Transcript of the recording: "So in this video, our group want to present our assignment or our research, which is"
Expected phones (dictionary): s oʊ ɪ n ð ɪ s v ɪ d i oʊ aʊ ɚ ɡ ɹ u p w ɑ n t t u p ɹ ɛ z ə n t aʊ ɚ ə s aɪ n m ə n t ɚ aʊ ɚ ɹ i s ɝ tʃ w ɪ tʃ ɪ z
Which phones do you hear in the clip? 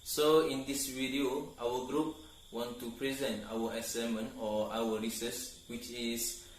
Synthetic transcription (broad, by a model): s oʊ ɪ n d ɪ s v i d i oʊ aʊ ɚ ɡ ɹ u p w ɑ n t t u p ɹ ɛ z ə n t aʊ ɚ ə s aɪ m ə n ɔ aʊ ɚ ɹ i s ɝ s w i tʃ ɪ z